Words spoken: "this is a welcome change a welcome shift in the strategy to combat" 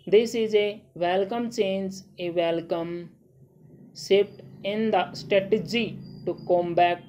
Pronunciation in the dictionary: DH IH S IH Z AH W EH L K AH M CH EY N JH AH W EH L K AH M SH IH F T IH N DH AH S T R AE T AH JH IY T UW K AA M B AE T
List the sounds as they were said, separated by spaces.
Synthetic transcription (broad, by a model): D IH S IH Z AH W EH L K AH M CH EY N JH AH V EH L K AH M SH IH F T IH N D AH S T R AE T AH JH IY T UW K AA M B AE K